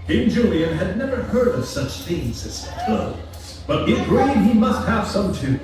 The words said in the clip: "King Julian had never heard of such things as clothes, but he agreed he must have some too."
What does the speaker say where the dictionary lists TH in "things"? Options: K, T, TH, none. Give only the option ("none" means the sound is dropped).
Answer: TH